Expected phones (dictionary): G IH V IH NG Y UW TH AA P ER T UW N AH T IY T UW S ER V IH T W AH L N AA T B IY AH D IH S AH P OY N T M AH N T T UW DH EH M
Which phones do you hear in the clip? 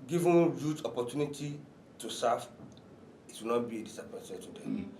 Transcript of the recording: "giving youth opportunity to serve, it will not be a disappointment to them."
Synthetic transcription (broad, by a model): G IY V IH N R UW T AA P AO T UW N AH T IY T UW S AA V IH T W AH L N AA T B IY AH D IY S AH P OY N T AH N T T UW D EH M